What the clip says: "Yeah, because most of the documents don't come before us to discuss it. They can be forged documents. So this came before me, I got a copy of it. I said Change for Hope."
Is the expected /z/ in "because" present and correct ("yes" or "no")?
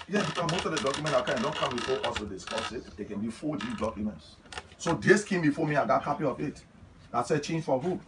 no